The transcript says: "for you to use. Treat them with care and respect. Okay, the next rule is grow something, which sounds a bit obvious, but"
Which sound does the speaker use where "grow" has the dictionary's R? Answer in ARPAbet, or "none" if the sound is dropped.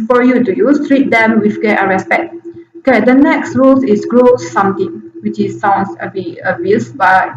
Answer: R